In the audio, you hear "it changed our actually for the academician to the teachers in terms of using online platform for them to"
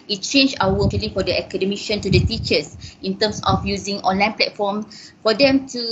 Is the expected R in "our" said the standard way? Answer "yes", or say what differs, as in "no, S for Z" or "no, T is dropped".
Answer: no, W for R